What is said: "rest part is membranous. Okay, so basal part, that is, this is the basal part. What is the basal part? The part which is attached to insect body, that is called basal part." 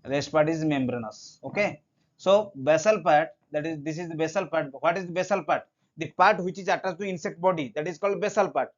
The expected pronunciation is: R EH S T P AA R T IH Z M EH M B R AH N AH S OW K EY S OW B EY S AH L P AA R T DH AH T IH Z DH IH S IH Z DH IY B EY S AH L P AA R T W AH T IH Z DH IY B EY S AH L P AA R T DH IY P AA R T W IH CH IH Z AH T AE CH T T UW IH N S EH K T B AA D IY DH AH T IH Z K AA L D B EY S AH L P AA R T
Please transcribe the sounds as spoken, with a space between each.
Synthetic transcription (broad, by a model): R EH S T P AA R T IH Z M EH M B R AH N AH S OW K EY S OW B EY S AH L P AA R T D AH T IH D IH S IH Z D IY B EY S AH L P AA R T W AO T IH Z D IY B EY S AH L P AA R T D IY P AA R T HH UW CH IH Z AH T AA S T T UW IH N S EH K T B AA D IY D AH T IH Z K AA L D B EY S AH L P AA R T